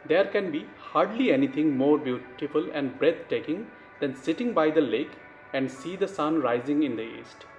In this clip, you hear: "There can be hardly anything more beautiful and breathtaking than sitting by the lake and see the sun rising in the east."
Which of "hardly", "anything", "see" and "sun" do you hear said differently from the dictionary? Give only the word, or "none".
anything